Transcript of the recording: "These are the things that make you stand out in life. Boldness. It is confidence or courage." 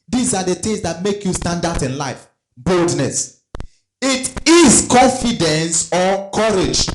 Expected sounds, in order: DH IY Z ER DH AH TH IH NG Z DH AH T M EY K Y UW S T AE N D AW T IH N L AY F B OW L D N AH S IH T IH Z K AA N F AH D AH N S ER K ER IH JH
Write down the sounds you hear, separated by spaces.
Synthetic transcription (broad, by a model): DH IY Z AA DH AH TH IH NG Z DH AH T M EY K Y UW S T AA N D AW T IH N L AY F B OW L D N AH S IH T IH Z K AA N F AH D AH N S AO K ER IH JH